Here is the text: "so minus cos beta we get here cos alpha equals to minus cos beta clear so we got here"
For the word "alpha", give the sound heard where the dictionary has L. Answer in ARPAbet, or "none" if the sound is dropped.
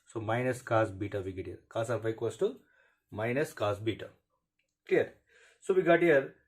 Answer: none